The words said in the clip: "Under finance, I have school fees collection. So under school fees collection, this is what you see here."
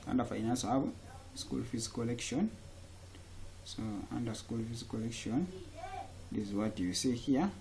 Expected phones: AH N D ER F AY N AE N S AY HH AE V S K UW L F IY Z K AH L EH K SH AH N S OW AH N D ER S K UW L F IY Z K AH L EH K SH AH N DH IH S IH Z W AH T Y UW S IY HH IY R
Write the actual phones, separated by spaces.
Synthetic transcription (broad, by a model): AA N D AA F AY N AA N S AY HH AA B S K UW L F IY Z K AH L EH K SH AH N S OW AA N D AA S K UW L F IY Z K AH L EH K SH AH N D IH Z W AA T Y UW S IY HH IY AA